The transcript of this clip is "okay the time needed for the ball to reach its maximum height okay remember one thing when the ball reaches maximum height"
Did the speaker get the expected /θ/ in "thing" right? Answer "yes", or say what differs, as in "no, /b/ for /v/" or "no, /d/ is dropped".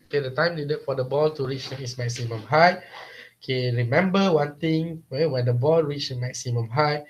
no, /t/ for /θ/